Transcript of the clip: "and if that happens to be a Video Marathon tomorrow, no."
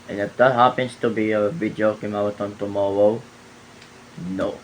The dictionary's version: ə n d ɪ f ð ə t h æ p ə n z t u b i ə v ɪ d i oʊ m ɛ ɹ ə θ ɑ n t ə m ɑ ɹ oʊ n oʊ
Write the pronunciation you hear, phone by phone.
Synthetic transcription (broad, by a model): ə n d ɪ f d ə t h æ p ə n s t u b i ə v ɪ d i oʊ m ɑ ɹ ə t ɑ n t ə m ɑ ɹ oʊ n oʊ